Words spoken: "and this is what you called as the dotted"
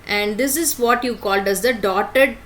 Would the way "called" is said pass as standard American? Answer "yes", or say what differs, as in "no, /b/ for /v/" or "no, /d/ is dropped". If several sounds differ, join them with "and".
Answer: yes